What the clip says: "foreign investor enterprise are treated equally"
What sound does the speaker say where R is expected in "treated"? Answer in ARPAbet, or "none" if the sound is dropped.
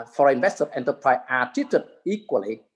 none